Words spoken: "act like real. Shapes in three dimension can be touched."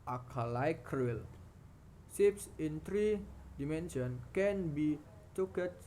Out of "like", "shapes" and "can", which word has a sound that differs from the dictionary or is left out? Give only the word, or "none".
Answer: shapes